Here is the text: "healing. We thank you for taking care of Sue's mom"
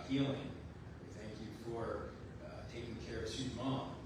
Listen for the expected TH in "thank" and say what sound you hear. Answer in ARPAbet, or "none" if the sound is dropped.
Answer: TH